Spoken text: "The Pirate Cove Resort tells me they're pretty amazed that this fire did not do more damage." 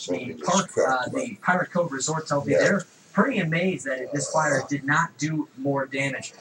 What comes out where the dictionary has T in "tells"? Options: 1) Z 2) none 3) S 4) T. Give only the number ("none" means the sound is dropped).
3